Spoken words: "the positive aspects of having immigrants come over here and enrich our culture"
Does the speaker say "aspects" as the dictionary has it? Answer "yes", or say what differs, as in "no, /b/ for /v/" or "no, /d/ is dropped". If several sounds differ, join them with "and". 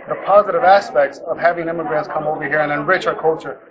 yes